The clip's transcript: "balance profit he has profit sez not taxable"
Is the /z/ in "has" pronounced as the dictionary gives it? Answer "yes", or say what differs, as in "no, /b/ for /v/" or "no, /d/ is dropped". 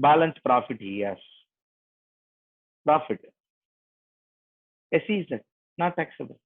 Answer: no, /s/ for /z/